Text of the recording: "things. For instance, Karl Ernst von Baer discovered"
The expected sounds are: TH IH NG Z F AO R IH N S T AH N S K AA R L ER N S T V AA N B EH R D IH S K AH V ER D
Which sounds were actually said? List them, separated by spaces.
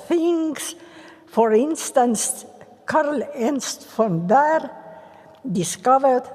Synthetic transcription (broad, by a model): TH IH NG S F AO R IH N S T AH N S K AA R L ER N S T F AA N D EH R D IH S K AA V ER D